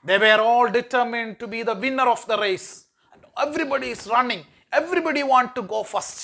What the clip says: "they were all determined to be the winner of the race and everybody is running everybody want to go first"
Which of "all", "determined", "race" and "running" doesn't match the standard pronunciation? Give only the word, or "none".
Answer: race